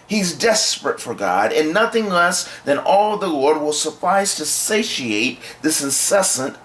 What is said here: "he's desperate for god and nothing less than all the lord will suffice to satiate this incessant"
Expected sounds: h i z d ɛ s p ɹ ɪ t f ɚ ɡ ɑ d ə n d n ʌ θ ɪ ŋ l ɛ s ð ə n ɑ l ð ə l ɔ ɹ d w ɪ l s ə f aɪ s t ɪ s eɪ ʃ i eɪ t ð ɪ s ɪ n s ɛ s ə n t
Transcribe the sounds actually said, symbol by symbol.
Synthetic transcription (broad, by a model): h i z d ɛ s p ɹ ɪ t f ɚ ɡ ɑ d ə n n ʌ θ ɪ ŋ l ɛ s ð ə n ɑ l ð ə l ɔ ɹ d w ɪ l s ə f aɪ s t ɪ s eɪ ʃ i eɪ t ð ɪ s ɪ n s ɛ s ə n t